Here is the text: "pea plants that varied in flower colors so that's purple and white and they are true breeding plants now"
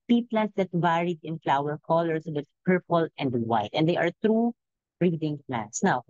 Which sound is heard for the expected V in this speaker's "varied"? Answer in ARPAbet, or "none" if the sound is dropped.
B